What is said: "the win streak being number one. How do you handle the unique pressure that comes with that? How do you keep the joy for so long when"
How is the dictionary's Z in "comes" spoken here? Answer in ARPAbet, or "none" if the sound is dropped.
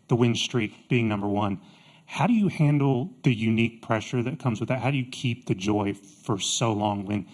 Z